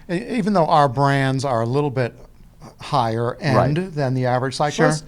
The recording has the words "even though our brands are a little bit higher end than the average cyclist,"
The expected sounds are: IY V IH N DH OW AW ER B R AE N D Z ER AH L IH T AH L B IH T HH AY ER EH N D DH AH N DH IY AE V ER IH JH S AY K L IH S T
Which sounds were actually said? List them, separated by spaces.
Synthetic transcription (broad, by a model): IY V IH N DH OW AW ER B R AE N D Z ER AH L IH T L B IH T HH AY ER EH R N DH AH N DH IY AE V ER IH JH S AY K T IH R